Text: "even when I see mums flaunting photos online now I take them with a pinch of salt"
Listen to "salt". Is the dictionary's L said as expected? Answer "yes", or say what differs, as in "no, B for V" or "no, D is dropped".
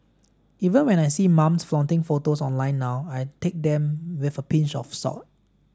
no, L is dropped